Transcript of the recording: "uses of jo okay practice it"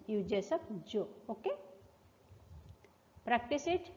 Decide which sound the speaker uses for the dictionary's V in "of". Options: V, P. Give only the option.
P